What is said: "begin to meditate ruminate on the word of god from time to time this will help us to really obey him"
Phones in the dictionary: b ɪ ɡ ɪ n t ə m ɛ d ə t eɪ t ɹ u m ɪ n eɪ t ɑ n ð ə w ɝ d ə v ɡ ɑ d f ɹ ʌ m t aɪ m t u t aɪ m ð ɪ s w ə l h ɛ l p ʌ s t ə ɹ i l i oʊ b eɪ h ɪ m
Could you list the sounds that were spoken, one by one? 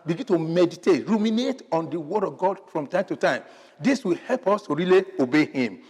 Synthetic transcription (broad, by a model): b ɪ ɡ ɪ n t ə m ɛ d ə t eɪ t ɹ u m ɪ n eɪ t ɑ n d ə w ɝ d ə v ɡ ɑ d f ɹ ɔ m t aɪ m t u t aɪ m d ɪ s w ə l h ɛ l p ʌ s t ə ɹ i l i oʊ b eɪ h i m